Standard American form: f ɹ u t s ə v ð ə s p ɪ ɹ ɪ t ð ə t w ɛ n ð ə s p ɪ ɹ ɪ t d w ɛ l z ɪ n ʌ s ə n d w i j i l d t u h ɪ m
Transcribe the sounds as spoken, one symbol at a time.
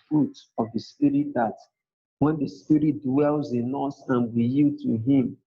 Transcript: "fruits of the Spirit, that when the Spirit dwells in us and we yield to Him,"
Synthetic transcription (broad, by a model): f ɹ u t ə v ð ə s p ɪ ɹ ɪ t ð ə t w ɛ n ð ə s p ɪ ɹ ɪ t d w ɛ l z ɪ n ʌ s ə n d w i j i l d t u h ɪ m